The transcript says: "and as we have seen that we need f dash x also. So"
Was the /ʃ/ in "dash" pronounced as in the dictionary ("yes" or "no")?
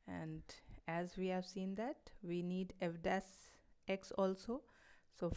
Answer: no